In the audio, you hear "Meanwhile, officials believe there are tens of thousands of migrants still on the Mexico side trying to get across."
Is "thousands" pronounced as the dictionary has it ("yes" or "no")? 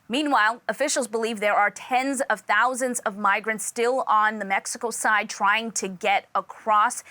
yes